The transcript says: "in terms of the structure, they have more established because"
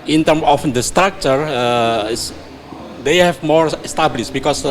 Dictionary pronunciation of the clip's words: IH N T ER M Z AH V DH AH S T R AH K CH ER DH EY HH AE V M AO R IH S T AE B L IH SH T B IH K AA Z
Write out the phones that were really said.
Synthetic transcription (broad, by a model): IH N T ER M AH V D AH S T R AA K CH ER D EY HH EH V M AO R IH S T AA B L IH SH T B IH K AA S